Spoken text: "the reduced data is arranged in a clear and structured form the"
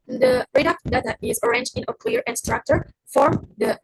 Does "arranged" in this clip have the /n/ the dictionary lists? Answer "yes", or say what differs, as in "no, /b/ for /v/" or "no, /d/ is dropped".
yes